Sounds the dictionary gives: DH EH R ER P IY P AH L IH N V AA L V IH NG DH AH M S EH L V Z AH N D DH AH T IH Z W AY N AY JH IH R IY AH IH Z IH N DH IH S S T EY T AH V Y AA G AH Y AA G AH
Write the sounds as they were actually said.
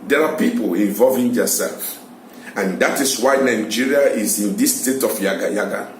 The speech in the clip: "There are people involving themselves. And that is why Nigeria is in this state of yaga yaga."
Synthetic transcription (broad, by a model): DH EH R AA P IY P AH L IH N V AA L V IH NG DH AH S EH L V AH N D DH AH T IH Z W AY N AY JH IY R IY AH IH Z IH N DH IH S S T EY T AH F Y AA G AH Y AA G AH